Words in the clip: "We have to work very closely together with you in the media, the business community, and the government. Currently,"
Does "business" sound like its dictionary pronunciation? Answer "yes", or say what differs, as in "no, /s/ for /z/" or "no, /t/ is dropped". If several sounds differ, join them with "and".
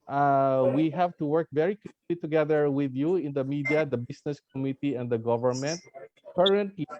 no, /s/ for /z/